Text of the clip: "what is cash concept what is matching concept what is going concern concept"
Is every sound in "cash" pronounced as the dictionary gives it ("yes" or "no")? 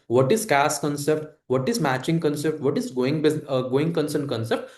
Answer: no